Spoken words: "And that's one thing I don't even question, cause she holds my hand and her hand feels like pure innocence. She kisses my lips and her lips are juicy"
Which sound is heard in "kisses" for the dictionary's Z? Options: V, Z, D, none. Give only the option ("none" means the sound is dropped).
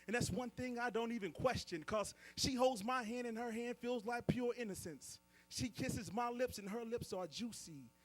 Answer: Z